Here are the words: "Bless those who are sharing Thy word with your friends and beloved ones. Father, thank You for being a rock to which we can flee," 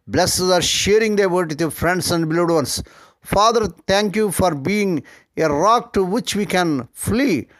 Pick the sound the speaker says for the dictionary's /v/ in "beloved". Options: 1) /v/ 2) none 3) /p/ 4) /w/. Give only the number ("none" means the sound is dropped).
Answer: 2